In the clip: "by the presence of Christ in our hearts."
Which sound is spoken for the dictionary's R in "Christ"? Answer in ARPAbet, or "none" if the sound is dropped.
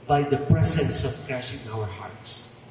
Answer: none